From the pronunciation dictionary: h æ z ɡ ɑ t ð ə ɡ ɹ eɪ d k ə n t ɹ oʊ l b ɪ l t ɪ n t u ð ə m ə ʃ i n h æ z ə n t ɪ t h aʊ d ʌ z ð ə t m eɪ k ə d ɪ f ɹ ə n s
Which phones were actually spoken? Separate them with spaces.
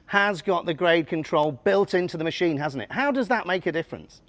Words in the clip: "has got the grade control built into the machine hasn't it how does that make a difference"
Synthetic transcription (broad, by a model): h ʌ z ɡ ɑ t ð ə ɡ ɹ eɪ d k ə n t ɹ oʊ l b ɪ l t ɪ n t u ð ə m ə ʃ i n h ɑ z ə n t ɪ t h aʊ d ʌ z ð ə t m eɪ k ə d ɪ f ɹ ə n s